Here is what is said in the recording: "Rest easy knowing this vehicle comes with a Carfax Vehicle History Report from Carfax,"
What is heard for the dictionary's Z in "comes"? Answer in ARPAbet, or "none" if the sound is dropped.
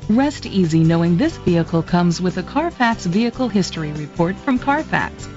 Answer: Z